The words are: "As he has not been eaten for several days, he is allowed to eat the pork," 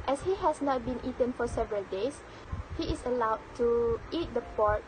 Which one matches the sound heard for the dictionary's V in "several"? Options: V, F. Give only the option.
V